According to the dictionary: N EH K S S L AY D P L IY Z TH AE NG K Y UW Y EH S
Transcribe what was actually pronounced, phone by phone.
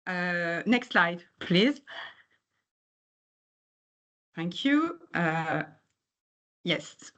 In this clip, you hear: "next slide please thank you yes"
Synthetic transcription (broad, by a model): N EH K S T L AY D P L IY Z TH AE NG K Y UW Y EH S